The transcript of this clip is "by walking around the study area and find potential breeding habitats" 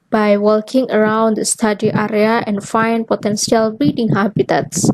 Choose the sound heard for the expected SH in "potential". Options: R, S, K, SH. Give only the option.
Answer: S